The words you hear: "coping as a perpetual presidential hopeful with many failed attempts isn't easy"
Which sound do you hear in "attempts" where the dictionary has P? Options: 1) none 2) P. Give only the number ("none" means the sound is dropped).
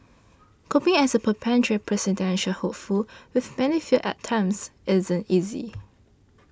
1